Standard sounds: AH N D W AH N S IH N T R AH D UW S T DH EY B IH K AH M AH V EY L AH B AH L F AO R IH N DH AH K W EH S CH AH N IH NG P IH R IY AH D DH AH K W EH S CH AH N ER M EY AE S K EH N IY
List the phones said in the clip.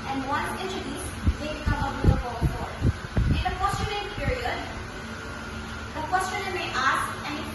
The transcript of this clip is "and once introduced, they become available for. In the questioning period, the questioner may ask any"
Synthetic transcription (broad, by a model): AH N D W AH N IH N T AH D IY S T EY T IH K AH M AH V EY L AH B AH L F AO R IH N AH K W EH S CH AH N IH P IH R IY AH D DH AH K W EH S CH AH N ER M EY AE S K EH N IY